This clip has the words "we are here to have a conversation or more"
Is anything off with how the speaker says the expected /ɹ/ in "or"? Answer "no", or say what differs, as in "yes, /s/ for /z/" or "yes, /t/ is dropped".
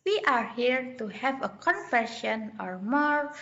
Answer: no